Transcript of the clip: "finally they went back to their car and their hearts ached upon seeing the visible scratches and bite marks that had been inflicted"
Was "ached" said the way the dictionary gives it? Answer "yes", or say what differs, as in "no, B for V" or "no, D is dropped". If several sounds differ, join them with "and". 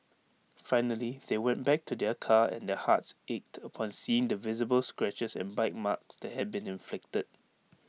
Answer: yes